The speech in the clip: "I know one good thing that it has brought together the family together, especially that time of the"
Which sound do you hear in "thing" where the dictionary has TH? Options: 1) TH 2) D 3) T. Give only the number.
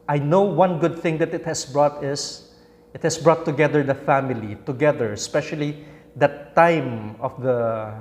1